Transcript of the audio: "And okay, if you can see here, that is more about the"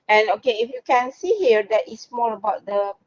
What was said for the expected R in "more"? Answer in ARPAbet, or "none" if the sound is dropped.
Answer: L